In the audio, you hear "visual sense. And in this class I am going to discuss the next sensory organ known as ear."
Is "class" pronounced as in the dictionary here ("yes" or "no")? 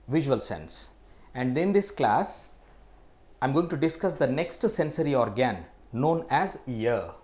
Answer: yes